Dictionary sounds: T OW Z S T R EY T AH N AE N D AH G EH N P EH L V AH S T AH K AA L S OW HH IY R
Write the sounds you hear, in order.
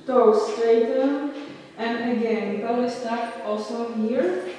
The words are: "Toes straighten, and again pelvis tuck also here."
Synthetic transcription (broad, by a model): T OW S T EY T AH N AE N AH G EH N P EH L AH S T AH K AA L S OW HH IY R